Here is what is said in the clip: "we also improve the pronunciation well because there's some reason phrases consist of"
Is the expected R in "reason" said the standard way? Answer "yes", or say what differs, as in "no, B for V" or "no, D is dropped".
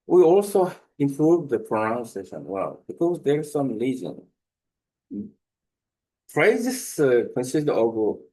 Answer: no, L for R